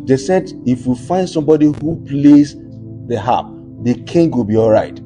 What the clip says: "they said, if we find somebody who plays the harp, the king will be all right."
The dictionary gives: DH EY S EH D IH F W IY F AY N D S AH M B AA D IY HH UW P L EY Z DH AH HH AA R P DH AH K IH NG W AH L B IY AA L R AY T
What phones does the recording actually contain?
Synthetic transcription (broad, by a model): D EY S EH D IH F W IY F AY N D S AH M B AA D IY HH UW P L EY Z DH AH HH AA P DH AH K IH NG W AH L B IY AA L R AY T